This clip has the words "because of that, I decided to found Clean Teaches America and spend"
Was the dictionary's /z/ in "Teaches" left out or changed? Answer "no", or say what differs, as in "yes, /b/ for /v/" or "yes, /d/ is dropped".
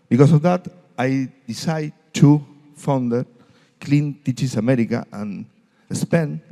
yes, /s/ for /z/